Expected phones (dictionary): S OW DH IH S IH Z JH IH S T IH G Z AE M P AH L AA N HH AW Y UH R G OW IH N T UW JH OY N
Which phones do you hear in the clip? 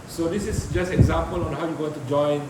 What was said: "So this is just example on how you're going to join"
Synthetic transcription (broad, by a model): S OW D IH S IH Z JH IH S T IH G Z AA M P AH L AA N HH AW Y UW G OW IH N T UW JH OY N